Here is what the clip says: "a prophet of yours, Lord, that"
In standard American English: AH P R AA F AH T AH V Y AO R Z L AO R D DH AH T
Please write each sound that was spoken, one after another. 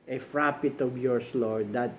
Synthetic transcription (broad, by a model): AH F R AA P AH T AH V Y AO R S L AO R D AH T